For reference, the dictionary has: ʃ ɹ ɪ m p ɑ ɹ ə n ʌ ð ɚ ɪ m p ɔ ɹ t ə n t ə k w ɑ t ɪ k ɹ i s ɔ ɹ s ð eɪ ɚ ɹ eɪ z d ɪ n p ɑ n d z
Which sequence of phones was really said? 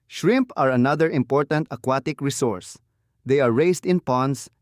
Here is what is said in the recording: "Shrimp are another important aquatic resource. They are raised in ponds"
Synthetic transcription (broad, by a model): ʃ ɹ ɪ m p ɑ ɹ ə n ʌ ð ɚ ɪ m p ɔ ɹ t ə n t ə k w ɑ t ɪ k ɹ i s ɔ ɹ s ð eɪ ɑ ɹ eɪ s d ɪ n p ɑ n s